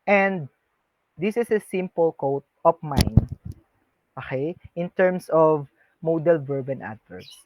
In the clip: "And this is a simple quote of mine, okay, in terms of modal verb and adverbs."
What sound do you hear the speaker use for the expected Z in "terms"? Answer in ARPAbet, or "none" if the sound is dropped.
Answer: S